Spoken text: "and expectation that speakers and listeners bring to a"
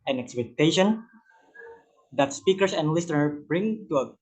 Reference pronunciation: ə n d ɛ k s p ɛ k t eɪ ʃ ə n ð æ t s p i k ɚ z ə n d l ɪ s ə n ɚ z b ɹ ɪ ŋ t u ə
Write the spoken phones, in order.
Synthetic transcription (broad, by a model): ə n ɛ k s p ɛ k t eɪ ʃ ə n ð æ t s p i k ɚ s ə n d l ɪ s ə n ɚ b ɹ ɪ ŋ t u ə